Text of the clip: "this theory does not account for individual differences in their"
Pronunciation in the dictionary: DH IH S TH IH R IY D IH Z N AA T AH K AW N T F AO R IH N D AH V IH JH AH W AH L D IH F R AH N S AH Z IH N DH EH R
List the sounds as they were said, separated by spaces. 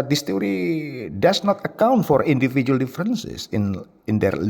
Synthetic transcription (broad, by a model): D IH S T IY R IY D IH S N AA T AH K AW N T F AO R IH N D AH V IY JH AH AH L D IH F R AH N S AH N IH N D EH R